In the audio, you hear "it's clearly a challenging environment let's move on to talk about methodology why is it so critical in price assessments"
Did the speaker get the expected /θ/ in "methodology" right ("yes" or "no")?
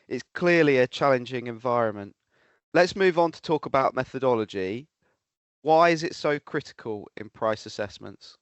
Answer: yes